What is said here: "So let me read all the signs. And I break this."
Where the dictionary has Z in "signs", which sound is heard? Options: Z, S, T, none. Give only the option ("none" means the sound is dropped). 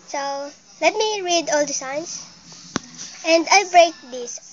S